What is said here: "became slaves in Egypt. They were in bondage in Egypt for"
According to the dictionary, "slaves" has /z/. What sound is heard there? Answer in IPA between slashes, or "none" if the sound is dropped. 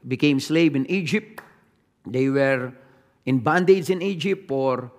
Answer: none